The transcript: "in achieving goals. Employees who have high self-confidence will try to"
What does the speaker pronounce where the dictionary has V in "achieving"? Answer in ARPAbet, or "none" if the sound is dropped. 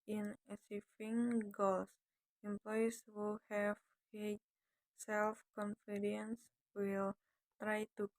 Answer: F